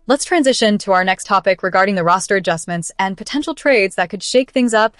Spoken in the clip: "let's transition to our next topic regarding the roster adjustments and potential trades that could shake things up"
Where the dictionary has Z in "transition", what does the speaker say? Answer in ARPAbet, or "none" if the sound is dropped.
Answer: Z